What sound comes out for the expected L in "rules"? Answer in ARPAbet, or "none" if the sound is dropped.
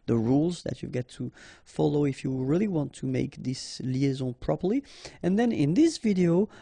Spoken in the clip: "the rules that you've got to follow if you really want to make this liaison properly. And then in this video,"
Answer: L